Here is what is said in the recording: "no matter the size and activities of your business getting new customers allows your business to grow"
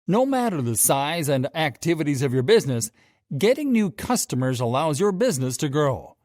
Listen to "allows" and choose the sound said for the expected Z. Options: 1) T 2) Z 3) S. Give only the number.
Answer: 2